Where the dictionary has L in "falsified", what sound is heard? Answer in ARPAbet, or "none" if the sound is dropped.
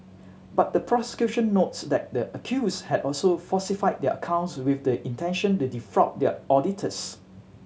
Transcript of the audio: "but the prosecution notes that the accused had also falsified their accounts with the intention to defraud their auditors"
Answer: none